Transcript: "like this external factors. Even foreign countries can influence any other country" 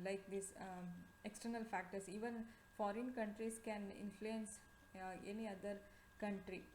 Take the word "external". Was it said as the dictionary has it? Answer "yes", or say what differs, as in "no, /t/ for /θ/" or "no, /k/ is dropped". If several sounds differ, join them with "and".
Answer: yes